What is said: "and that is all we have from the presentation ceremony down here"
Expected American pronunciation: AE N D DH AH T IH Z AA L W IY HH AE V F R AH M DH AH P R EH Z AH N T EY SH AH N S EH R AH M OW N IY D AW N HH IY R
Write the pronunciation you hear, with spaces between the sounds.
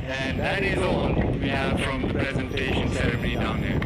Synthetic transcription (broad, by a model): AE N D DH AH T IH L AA N W IY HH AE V F R AH M DH AH P R EH Z AH N T EY SH AH N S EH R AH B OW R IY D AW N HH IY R